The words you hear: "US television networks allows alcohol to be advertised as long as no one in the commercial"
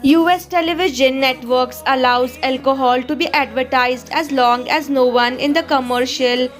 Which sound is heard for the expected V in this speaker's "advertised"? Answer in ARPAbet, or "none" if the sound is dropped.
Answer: V